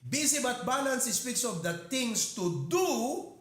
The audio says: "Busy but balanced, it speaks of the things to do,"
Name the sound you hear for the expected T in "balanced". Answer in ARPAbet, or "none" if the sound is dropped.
none